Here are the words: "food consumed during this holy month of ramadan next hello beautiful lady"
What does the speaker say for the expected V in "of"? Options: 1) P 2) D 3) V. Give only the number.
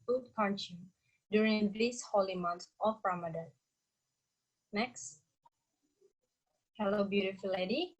1